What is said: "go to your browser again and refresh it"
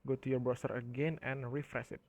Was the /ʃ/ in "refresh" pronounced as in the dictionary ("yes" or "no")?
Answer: no